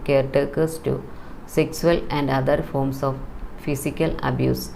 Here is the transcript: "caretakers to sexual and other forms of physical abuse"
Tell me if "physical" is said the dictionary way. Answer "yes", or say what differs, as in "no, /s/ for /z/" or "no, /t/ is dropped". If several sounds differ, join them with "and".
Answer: no, /s/ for /z/